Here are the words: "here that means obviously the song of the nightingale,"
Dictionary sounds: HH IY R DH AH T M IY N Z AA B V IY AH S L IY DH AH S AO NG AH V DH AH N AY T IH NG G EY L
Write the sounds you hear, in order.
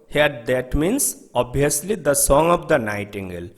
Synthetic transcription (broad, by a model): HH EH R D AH T M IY N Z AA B IY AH S L IY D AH S AO NG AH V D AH N AY T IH NG G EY L